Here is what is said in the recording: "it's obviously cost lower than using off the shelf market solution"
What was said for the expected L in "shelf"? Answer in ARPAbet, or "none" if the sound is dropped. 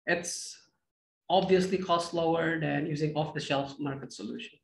L